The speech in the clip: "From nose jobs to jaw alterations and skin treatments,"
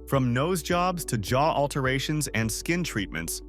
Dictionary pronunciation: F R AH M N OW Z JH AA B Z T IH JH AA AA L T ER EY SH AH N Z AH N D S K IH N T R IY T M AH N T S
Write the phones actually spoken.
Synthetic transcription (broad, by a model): F R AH M N OW Z JH AA B Z T IH JH AA AA L T ER EY SH AH N Z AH N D S K IH N T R IY T M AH N T S